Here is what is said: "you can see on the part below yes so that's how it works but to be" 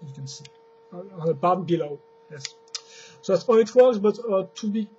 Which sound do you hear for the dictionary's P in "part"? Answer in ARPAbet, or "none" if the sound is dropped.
B